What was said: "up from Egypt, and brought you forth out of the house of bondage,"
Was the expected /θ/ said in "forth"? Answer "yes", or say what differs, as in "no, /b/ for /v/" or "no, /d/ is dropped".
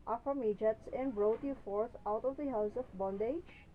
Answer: no, /t/ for /θ/